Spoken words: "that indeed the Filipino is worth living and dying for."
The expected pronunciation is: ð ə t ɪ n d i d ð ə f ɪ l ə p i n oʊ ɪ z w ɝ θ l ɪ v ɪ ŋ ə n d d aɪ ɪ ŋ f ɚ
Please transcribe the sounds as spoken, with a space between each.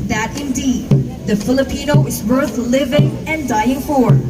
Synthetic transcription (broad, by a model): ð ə t ɪ n d i d ð ə f ɪ l ə p i n oʊ ɪ z w ɝ θ l ɪ v ɪ ŋ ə n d d aɪ ɪ ŋ f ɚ